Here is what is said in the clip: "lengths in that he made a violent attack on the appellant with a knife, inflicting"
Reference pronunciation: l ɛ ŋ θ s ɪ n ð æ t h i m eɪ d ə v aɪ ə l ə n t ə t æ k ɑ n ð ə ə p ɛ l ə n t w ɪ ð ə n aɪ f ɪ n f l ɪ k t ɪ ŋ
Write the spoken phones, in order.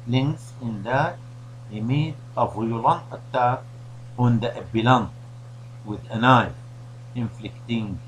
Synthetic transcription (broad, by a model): l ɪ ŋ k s ɪ n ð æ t h i m eɪ d ə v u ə l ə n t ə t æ ɑ n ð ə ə b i l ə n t w ɪ ð ə n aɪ ɪ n f l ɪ k t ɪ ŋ